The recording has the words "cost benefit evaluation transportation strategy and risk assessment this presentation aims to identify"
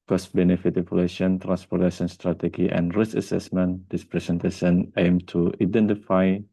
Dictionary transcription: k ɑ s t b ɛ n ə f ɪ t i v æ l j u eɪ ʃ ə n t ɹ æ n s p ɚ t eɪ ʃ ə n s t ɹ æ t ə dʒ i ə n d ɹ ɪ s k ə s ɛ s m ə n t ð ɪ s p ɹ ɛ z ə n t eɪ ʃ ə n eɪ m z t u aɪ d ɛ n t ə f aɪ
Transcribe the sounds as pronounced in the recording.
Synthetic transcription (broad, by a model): k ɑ s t b ɛ n ə f ɪ t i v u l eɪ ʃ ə n t ɹ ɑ n s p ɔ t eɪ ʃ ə n s t ɹ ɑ t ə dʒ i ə n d ɹ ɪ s ə s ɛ s m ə n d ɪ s p ɹ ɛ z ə n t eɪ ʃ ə n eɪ m t u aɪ d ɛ n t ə f aɪ